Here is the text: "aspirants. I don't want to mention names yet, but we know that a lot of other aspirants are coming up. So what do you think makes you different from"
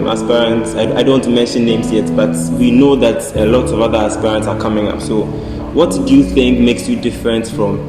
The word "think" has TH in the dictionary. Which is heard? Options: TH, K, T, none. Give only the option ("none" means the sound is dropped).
TH